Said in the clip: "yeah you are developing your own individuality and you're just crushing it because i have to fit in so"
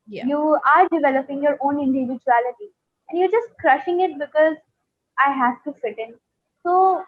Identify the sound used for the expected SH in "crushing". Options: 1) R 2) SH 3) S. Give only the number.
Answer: 2